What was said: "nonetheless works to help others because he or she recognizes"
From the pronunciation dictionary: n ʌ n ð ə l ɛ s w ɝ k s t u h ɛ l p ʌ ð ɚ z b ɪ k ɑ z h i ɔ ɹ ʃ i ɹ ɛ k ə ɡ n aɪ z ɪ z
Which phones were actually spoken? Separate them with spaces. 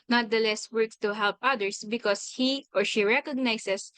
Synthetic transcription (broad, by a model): n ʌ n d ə l ɛ s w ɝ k t u h ɛ l p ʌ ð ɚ s b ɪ k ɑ s h i ɔ ɹ ʃ i ɹ ɛ k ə ɡ n aɪ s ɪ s